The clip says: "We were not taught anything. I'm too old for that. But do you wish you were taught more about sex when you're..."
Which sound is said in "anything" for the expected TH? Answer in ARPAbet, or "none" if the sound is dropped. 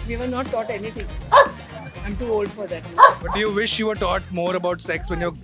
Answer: T